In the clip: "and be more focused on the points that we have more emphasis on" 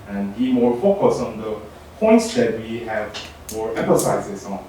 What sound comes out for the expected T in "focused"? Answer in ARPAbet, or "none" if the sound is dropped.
none